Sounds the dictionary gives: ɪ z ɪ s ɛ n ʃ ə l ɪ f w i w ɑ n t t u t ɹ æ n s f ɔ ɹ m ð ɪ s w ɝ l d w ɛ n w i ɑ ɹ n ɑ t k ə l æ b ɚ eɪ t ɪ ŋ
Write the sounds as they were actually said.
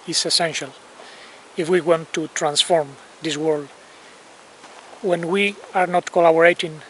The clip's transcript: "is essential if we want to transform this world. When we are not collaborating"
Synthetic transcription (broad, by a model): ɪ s ɪ s ɛ n ʃ ə l ɪ f w i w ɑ n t t u t ɹ æ n s f ɔ ɹ m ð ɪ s w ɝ l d w ɛ n w i ɑ ɹ n ɑ t k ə l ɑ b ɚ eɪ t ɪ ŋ